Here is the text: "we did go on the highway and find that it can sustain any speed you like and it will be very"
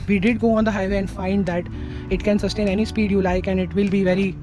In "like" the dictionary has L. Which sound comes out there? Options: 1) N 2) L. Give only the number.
2